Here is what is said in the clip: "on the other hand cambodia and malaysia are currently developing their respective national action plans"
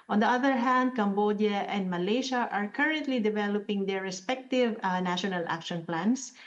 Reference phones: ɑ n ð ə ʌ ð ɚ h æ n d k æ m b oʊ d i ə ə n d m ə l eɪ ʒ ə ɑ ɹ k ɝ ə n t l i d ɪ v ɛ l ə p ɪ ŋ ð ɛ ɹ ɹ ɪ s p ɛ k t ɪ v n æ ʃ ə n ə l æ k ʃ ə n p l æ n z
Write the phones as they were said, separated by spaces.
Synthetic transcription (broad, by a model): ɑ n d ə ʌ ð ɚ h æ n d k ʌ m b oʊ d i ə ə n d m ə l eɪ ʃ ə ɑ ɹ k ɝ ə n t l i d ɪ v ɛ l ə p ɪ ŋ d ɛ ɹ ɹ ɪ s p ɛ k t ɪ v n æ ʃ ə n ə l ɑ k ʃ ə n p l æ n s